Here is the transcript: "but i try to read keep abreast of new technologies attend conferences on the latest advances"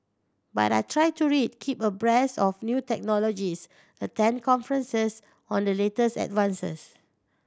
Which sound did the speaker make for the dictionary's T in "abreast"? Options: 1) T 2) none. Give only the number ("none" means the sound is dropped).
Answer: 2